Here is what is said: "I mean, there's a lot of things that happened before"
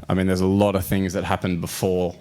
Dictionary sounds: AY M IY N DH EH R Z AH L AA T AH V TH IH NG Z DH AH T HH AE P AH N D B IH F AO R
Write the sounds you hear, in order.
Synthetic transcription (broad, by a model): AY M IY N DH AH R Z AH L AA T AH V TH IH NG Z DH AH T HH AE P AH N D B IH F AO R